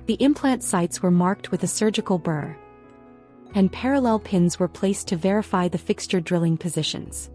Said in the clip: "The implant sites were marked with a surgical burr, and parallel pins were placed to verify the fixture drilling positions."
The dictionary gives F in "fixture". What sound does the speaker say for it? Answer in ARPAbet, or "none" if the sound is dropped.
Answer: F